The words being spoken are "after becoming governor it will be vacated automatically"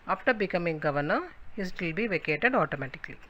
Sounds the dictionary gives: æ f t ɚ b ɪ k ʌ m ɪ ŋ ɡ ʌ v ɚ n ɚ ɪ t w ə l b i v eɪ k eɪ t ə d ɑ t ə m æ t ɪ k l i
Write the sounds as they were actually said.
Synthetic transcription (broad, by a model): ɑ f t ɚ b ɪ k ʌ m ɪ ŋ ɡ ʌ v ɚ n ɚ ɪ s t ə l b i v eɪ k eɪ t ə d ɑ t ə m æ t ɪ k l i